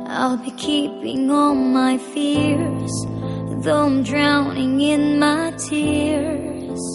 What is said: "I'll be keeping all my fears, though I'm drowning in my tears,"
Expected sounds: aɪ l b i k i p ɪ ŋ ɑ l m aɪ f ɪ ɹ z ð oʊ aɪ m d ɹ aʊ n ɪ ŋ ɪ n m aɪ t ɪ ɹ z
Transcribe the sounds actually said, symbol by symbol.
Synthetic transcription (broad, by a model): aɪ l b i k i p ɪ ŋ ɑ n m aɪ f ɪ ɹ z ð oʊ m d ɹ aʊ n ɪ ŋ ɪ n m aɪ t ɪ ɹ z